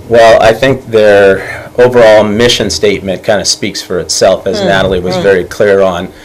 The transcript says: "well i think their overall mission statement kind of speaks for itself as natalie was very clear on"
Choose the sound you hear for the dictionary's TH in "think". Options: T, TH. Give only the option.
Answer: TH